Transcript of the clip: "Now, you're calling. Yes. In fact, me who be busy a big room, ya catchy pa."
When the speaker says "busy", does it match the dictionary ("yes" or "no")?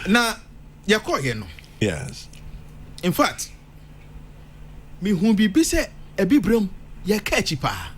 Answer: no